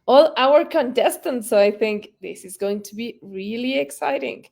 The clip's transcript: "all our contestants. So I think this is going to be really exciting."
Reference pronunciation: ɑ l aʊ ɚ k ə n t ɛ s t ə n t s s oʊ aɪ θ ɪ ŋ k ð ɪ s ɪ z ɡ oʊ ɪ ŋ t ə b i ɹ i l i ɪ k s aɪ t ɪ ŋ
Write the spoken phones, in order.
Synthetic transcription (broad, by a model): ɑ l aʊ ɚ k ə n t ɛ s t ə n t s s oʊ aɪ θ ɪ ŋ k ð ɪ s ɪ z ɡ oʊ ɪ ŋ t ə b i ɹ i l i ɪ k s aɪ t ɪ ŋ